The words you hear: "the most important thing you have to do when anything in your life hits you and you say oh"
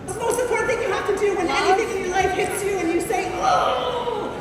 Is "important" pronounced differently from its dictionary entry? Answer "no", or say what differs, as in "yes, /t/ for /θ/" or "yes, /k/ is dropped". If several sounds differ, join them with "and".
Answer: yes, /m/ is dropped